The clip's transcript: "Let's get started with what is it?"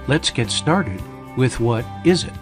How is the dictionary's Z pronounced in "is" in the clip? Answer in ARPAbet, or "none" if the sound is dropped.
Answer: Z